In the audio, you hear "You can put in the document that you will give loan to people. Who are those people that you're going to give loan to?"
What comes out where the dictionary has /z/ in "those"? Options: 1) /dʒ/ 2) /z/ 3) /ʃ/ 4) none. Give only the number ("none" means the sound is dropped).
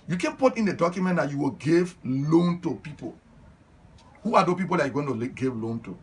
4